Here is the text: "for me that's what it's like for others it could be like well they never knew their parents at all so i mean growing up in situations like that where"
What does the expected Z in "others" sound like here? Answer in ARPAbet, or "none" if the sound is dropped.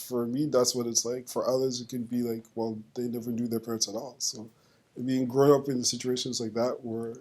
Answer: Z